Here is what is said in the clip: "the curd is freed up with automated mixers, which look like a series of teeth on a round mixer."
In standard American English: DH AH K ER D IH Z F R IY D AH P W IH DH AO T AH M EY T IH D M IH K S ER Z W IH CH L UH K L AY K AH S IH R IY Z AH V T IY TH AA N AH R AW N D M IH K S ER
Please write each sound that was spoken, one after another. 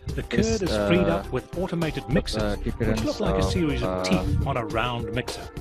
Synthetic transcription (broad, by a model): DH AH K ER D IH Z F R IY D AH P W IH DH AO T AH M EY T IH D M IH K S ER Z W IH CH L UH K L AY K AH S IH R IY Z AH V T IY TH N AH R AW N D M IH K S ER